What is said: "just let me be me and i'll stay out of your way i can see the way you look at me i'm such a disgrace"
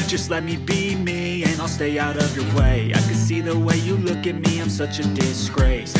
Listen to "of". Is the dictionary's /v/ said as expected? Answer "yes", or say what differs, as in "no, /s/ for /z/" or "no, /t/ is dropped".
yes